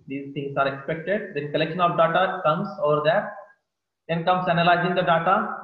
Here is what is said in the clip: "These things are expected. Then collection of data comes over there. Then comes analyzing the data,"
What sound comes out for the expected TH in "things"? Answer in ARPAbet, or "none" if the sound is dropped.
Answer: T